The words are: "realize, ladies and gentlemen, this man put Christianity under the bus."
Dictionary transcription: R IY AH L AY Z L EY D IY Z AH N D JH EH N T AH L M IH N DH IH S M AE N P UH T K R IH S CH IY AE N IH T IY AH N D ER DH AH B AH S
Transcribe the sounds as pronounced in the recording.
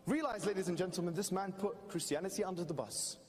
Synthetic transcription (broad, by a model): R IY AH L AY Z L EY D IY Z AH N JH EH N T L M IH N DH IH S M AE N P UH T K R IH S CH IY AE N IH T IY AH N D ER DH AH B AH S